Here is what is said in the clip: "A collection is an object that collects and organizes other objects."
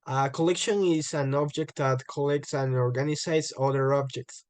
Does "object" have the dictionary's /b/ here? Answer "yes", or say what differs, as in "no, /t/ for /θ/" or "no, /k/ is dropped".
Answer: yes